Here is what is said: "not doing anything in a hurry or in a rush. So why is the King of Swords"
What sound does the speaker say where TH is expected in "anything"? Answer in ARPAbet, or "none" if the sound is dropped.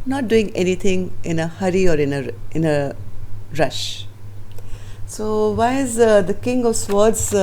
T